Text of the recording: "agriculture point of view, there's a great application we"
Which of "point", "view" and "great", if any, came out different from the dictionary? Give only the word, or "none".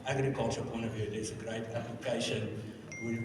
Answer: none